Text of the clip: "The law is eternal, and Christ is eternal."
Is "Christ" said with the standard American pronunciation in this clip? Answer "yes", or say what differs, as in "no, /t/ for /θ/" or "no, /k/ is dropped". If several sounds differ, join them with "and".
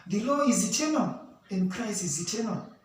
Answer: no, /t/ is dropped